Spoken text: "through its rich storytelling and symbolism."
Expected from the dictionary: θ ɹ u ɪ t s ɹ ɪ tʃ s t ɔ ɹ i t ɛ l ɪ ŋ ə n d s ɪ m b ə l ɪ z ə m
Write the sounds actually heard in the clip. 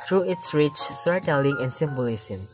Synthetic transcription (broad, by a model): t ɹ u ɪ t s ɹ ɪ tʃ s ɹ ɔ i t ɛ l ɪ ŋ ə n s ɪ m b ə l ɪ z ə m